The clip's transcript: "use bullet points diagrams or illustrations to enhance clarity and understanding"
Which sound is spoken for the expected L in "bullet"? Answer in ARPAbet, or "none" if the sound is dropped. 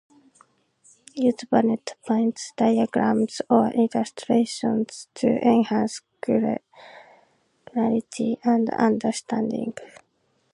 N